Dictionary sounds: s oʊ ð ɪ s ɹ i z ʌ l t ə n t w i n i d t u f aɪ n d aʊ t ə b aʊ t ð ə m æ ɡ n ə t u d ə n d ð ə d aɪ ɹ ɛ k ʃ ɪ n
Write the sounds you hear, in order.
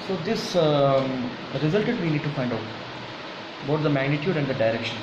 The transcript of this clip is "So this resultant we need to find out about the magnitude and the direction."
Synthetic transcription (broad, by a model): s oʊ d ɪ s ɹ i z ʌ l t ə t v i n i d t u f aɪ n d aʊ t b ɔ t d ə m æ ɡ n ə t u d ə n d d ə d aɪ ɹ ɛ k ʃ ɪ n